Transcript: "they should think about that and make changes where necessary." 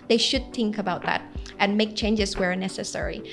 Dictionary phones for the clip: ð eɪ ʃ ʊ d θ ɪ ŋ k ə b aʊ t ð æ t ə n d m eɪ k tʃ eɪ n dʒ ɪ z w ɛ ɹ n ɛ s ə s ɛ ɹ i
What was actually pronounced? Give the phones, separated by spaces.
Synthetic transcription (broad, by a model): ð eɪ ʃ ʊ d θ ɪ ŋ k ə b aʊ t ð æ t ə n m eɪ k tʃ eɪ n dʒ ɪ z w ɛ ɹ n ɛ s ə s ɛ ɹ i